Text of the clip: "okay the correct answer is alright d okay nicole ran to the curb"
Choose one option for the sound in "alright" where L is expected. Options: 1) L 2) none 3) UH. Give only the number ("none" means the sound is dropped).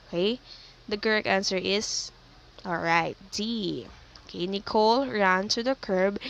1